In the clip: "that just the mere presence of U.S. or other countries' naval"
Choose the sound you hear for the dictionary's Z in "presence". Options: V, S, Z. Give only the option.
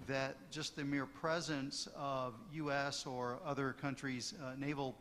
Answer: Z